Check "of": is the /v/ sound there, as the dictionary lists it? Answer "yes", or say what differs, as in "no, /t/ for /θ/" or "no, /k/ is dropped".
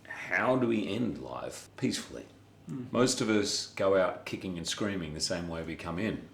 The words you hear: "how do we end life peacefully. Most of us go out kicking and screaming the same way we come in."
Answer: yes